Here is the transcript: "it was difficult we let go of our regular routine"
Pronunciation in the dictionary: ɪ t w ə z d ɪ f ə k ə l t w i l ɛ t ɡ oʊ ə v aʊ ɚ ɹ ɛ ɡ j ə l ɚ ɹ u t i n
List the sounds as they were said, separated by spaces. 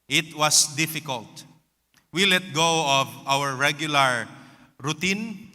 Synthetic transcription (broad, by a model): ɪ t w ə s d ɪ f ə k ə l t w i l ɛ t ɡ oʊ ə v aʊ ɚ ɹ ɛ ɡ j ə l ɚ ɹ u t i n